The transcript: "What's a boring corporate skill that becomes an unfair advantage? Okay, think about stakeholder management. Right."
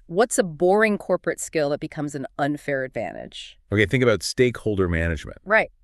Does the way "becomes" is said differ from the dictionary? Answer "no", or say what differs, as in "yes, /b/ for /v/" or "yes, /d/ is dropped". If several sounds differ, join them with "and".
no